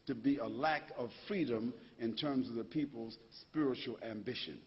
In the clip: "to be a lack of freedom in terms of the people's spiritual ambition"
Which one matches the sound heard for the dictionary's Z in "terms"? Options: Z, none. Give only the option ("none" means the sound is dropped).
Z